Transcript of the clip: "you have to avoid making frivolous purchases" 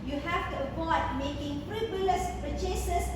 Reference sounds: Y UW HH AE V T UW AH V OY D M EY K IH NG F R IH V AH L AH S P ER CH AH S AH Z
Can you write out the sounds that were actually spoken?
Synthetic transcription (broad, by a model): Y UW HH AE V T UW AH P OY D M EY K IH NG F R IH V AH L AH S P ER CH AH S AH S